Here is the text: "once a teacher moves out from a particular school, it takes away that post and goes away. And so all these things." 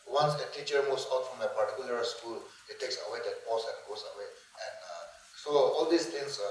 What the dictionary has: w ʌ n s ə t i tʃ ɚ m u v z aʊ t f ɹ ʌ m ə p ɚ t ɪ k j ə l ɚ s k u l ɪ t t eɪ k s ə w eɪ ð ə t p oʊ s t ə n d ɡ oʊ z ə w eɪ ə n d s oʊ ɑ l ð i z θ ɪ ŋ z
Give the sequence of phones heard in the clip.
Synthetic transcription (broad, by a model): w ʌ n s ə t i tʃ ɚ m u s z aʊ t f ɹ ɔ m ə p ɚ t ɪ k j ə l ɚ s k u l ɪ t t eɪ k s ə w eɪ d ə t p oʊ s ə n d ɡ oʊ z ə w eɪ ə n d s oʊ ɑ l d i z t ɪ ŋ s